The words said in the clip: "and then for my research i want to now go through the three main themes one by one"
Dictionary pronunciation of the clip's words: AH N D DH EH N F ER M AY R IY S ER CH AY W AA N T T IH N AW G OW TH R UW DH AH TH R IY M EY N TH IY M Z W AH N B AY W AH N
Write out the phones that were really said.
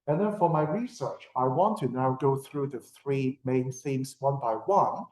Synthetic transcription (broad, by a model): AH N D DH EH N F ER M AY R IY S ER CH AY W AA N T T IH N AW G OW TH R UW DH AH TH R IY M EY N S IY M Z W AH N B AY W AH N